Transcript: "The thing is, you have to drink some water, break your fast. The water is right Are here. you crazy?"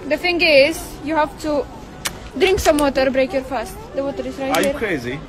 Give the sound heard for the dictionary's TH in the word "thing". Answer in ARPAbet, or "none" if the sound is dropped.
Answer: F